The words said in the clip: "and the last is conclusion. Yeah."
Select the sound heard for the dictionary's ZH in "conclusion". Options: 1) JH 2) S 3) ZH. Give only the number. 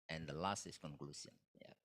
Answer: 2